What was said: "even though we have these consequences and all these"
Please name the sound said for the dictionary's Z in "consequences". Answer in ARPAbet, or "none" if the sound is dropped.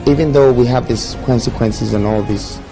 Z